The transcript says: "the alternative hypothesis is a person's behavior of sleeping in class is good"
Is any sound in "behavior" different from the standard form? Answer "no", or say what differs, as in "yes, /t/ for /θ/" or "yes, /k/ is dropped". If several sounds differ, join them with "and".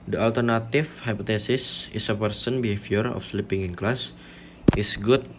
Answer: yes, /f/ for /v/